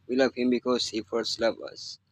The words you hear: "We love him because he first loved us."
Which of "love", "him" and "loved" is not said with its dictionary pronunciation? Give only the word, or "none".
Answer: loved